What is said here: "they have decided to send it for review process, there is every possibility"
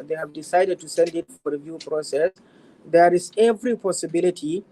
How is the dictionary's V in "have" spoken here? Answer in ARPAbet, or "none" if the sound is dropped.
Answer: V